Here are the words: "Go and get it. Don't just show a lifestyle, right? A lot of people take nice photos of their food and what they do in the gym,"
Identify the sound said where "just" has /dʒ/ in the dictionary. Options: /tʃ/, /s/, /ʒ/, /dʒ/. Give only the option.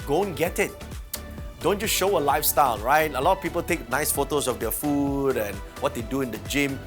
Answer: /tʃ/